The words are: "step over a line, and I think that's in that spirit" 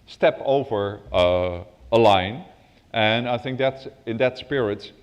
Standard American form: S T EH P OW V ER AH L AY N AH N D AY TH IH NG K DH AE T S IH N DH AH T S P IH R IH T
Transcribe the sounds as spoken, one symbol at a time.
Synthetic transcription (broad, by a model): S T EH P OW V ER AH L AY N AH N AY TH IH NG K DH AE T S IH N DH AH T S P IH R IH T